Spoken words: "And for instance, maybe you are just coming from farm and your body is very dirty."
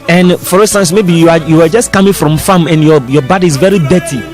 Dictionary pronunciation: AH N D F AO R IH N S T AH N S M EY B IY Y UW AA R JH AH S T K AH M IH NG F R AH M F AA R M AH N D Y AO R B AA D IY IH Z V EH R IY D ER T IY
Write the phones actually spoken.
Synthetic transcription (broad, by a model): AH N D F AO R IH N S T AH N S M EY B IY Y UW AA W JH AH S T K AH M IH NG F R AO M F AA M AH N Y Y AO B AA D IY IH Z V EH R IY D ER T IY